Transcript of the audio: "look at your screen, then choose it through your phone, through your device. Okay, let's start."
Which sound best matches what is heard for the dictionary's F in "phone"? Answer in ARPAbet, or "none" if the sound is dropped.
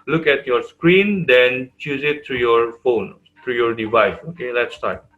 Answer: F